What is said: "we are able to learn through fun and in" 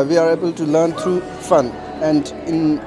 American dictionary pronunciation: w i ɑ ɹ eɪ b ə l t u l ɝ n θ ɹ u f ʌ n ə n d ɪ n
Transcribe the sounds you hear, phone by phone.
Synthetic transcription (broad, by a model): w i ɑ ɹ eɪ b ə l t u l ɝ n t ɹ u f ʌ n ə n d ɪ n